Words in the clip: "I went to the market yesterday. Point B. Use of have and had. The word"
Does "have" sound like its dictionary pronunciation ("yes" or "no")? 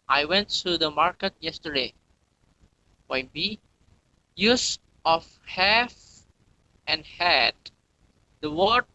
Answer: no